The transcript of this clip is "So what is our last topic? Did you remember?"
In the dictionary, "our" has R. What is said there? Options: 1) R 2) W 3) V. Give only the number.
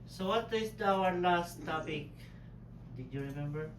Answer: 2